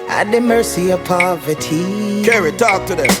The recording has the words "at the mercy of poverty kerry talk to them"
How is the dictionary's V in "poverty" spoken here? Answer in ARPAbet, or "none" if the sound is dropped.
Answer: V